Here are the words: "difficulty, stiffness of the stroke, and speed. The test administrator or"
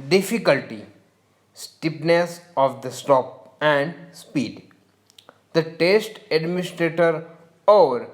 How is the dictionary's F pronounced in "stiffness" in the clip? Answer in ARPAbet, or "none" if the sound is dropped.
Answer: P